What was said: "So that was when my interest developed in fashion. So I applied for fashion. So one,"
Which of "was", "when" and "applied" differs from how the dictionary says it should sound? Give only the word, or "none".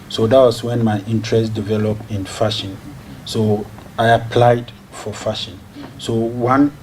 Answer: was